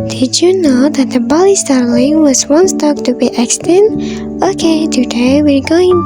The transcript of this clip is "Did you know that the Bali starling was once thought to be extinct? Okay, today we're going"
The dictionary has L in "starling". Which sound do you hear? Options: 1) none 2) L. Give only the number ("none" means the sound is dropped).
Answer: 2